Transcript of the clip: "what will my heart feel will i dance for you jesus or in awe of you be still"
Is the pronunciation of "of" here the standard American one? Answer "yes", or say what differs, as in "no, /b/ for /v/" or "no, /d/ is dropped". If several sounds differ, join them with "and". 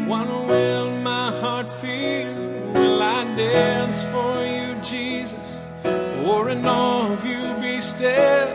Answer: yes